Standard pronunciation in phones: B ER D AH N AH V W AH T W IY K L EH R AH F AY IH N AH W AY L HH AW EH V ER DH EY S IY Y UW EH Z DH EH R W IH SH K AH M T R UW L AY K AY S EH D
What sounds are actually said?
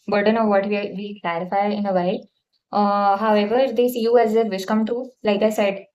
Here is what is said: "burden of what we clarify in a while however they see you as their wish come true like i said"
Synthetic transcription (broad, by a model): B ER D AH N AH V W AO T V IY K L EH R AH F AY IH N AH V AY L HH AW EH V ER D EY S IY Y UW EH Z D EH R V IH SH K AH M T UW L AY K AY S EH D